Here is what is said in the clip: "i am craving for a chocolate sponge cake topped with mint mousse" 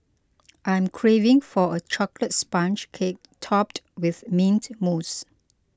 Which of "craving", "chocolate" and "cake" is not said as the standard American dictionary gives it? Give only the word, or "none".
none